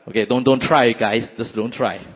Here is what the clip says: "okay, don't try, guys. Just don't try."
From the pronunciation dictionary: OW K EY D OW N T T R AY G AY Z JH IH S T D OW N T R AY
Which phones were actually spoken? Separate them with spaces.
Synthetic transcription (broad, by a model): OW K EY D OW N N T R AY G AY S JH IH S D OW N T R AY